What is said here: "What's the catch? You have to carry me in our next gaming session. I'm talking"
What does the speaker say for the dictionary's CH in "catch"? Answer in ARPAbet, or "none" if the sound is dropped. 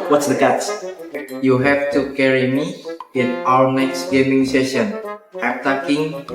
S